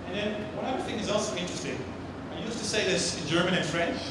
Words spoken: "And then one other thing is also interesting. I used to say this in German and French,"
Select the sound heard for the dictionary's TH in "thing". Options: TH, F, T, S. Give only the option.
TH